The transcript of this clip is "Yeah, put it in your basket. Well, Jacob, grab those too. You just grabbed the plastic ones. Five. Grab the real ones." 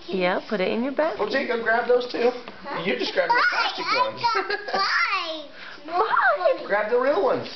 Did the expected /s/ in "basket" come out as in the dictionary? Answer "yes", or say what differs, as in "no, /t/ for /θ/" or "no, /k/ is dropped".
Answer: no, /s/ is dropped